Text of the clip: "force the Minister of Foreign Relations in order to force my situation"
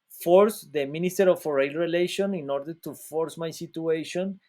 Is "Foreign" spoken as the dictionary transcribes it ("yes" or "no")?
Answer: no